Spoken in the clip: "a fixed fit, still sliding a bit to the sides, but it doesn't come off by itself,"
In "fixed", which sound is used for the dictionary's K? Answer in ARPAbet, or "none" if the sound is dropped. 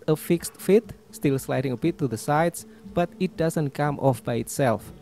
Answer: K